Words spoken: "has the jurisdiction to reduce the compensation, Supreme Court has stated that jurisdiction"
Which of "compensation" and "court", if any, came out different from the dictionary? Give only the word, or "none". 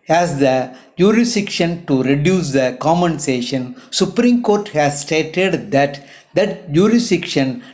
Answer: compensation